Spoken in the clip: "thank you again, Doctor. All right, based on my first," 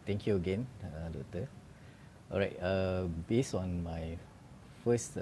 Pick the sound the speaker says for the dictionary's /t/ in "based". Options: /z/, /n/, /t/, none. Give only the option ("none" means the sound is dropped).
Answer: none